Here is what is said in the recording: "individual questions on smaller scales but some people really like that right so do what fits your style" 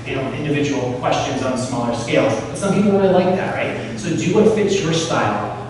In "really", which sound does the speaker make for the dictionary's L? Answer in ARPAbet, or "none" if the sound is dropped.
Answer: N